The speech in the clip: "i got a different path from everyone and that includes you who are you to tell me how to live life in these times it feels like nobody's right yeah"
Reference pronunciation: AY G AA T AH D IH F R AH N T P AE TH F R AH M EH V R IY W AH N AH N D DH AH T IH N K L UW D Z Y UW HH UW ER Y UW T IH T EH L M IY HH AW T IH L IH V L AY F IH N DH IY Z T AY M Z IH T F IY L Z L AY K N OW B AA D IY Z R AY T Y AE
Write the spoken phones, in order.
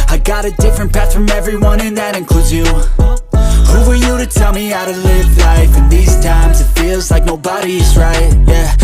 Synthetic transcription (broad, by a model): AY G AA T AH D IH F R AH N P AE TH F R AH M EH V R IY W AH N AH N DH AH T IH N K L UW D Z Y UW HH UW ER Y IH T IH T EH L M IY AW T IH L IH V L AY F IH N DH IY Z T AY M Z IH T F IY L Z L AY K N OW B AA D IY Z R AY T Y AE